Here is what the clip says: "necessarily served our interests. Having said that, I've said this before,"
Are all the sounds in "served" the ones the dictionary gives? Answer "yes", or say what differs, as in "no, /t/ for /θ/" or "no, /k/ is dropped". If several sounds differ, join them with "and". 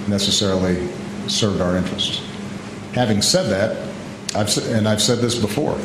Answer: no, /d/ is dropped